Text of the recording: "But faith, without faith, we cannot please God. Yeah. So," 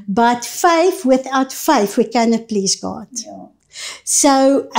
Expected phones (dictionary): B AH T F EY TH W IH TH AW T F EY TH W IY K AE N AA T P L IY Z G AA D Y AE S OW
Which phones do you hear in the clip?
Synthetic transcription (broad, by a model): B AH T F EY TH W IH TH AW T F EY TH W IY K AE N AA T P L IY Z G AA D S OW